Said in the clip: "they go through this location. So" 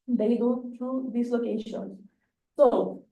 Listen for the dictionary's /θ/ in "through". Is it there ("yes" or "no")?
no